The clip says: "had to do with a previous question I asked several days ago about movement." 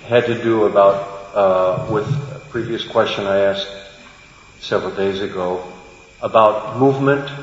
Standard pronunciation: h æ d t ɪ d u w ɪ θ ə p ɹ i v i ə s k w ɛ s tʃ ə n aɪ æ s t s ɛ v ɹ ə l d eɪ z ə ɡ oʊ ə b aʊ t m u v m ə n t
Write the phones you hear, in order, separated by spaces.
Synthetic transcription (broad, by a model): h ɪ d t ɪ d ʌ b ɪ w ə p ɹ i v i ə s k w ɛ s tʃ ə n aɪ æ s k s ɛ v ɹ l d eɪ z ə ɡ oʊ ə b aʊ t m u v m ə n t